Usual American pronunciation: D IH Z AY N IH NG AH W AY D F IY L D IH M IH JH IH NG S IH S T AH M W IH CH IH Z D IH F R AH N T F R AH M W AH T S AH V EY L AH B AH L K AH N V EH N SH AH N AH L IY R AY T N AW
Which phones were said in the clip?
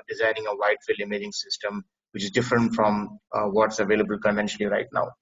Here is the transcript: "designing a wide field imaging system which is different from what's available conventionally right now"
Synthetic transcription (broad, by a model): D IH Z AY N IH NG AH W AY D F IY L IH M IH JH IH NG S IH S T AH M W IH CH IH Z D IH F R AH N T F R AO M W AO T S AH V EY L AH B AH L K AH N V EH N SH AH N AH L IY R AY T N AW